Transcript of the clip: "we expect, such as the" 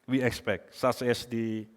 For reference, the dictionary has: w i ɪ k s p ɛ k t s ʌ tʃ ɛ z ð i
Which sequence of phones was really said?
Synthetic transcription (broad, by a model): w i ɪ k s p ɛ k t s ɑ s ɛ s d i